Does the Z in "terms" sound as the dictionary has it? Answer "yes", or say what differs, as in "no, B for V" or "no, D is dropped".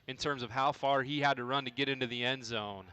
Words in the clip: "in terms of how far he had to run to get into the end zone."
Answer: yes